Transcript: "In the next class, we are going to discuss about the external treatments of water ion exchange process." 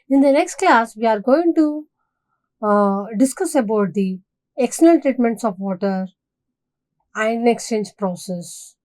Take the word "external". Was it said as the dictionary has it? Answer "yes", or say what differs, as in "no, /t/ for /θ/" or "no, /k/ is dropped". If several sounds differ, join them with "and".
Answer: no, /l/ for /n/ and /n/ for /l/